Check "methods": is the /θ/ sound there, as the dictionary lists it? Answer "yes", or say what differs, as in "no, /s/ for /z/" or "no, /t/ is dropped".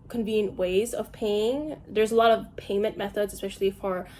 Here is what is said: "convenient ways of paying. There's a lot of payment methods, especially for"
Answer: yes